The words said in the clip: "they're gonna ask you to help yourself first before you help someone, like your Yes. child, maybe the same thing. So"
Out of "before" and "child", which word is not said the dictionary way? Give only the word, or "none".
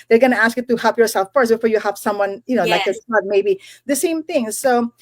child